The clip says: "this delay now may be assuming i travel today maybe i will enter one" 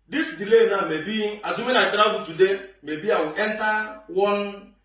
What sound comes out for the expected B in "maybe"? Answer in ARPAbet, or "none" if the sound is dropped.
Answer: B